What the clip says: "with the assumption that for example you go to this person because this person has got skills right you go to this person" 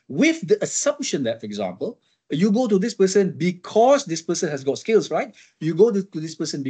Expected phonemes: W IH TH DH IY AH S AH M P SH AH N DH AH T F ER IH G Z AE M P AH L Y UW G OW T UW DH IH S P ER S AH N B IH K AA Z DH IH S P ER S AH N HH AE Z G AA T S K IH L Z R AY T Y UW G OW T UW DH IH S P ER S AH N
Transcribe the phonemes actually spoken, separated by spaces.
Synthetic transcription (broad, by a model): W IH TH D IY AH S AH M P SH AH N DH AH T F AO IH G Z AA M P AH L Y UW G OW T UW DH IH S P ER S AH N B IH K AA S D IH S P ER S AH N HH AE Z G AA T S K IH L S R AY T Y UW G OW T UW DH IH S P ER S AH N